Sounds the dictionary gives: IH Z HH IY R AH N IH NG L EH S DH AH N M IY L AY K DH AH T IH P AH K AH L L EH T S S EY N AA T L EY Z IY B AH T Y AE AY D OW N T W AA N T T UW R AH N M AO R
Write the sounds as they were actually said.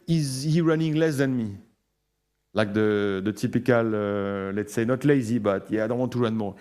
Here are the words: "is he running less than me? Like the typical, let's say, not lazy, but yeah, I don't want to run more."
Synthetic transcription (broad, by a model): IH Z HH IY R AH N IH NG L EH S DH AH N M IY L AY K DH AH T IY P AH K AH L L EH T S S EY N AA T L EY Z IY B AH T Y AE AY D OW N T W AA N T T UW R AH N M AO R